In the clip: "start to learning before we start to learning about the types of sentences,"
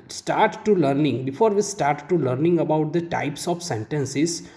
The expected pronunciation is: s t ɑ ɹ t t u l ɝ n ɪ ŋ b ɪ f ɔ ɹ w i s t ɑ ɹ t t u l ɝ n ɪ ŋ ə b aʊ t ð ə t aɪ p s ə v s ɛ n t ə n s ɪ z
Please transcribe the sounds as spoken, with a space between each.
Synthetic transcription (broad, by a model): s t ɑ ɹ t t u l ɝ n ɪ ŋ b ɪ f ɔ ɹ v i s t ɑ ɹ t t u l ɝ n ɪ ŋ ə b aʊ t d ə t aɪ p s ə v s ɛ n t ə n s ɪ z